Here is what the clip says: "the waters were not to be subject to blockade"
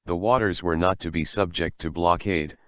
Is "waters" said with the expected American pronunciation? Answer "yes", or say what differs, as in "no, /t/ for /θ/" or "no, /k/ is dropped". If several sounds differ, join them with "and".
yes